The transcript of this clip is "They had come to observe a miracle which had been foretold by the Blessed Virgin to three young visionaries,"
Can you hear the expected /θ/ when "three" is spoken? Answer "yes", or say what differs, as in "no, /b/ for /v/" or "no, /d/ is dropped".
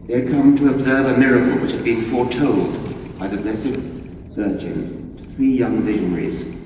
yes